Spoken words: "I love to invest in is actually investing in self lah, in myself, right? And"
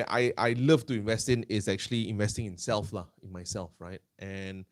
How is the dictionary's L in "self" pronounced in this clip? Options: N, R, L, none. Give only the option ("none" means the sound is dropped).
L